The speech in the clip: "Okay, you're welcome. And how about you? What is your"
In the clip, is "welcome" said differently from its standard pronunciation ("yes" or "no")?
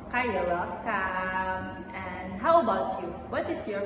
yes